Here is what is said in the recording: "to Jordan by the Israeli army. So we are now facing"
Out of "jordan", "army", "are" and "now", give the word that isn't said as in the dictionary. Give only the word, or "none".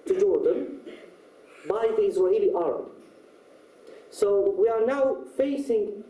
army